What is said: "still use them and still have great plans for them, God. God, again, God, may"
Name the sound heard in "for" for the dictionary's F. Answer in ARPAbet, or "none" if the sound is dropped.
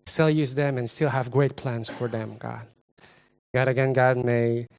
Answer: F